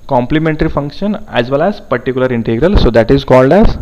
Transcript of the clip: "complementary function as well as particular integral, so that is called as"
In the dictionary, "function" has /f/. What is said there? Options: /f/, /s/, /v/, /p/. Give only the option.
/f/